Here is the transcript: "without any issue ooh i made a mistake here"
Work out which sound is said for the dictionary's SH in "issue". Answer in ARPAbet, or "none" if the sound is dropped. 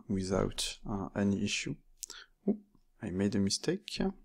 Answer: SH